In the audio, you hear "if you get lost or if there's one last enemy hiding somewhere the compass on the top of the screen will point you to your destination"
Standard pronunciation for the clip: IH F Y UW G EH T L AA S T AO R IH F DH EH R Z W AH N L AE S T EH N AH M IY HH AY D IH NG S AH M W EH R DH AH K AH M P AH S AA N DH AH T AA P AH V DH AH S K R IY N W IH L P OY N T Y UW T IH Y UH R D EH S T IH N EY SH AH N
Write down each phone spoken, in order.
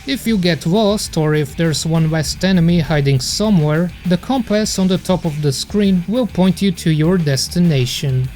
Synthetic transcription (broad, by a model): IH F Y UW G EH T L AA S T AO R IH F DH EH R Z W AH N W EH S T EH N AH M IY HH AY D IH NG S AH M W EH R DH AH K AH M P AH S N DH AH T AA P AH V DH AH S K R IY N W IH L P OY N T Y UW T IH Y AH R D EH S T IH N EY SH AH N